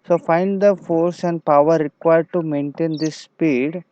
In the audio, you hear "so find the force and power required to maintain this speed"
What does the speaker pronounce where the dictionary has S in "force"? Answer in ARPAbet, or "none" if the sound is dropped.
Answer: S